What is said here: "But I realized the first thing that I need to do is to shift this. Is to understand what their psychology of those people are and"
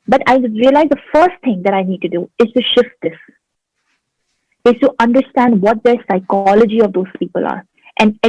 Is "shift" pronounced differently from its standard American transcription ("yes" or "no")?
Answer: no